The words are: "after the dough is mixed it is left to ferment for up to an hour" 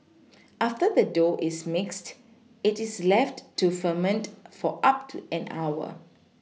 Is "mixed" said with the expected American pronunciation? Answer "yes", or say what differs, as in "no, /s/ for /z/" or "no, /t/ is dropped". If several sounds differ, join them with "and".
yes